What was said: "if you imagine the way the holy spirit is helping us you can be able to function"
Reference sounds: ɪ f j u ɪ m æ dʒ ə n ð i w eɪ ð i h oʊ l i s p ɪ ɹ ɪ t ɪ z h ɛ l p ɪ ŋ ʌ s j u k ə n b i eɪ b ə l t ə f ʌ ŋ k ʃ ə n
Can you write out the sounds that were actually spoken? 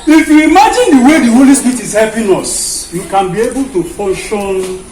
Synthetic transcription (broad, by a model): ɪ f j u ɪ m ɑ dʒ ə n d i w eɪ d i h oʊ l i s p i ɹ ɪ t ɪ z h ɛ p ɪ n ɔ s j u k ə n b i eɪ b ə l t ə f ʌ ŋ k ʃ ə n